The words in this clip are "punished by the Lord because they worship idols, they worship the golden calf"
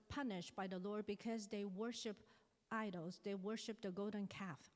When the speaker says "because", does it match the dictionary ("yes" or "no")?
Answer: yes